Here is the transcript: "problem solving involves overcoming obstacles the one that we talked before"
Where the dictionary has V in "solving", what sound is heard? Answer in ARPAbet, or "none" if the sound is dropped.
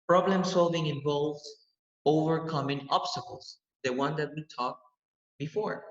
V